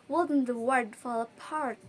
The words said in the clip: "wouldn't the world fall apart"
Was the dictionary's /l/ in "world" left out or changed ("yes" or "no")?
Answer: yes